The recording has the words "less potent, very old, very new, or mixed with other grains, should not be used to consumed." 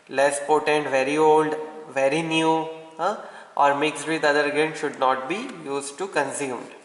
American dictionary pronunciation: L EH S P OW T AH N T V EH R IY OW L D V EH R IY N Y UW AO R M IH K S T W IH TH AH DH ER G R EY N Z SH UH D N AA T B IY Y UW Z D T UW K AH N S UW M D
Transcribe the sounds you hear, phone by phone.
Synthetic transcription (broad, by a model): L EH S P OW T AH N T V EH R IY OW L D V EH R IY N Y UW AO R M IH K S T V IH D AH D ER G EY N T SH UH D N AA T B IY Y UW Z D T UW K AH N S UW M D